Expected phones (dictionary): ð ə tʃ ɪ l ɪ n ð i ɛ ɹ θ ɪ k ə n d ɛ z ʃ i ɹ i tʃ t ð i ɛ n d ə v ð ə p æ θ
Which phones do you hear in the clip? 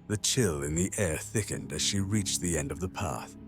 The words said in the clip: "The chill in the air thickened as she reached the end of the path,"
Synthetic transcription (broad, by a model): ð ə tʃ ɪ l ɪ n ð i ɛ ɹ θ ɪ k ə n d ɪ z ʃ i ɹ i tʃ ð i ɛ n d ə v ð ə p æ θ